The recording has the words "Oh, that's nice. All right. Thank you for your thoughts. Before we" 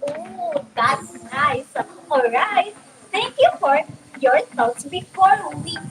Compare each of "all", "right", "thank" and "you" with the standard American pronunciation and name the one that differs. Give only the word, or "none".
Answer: thank